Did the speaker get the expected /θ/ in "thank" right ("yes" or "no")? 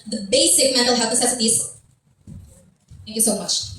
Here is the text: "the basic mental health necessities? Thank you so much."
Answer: yes